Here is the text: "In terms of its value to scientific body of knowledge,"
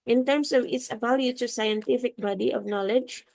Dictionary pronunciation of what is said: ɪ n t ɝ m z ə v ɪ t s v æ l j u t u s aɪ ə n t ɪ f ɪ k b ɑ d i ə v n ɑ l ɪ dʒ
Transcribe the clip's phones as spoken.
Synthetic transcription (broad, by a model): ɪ n t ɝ m s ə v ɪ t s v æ l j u t u s aɪ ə n t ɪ f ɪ k b ɑ d i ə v n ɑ l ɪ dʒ